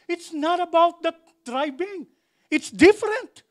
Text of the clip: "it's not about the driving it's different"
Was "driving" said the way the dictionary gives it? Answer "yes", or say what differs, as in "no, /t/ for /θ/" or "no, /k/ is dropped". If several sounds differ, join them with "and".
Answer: no, /b/ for /v/